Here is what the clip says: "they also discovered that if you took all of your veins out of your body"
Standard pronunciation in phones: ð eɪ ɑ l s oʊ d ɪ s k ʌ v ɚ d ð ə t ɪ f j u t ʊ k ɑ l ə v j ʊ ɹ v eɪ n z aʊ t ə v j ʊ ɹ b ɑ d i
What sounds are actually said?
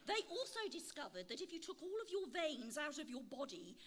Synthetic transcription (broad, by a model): ð eɪ ɑ l s oʊ d ɪ s k ʌ v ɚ d ð ə t ɪ f j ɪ t ʊ k ɑ l ə v j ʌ ɹ v eɪ n z aʊ t ə v j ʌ ɹ b ɑ d i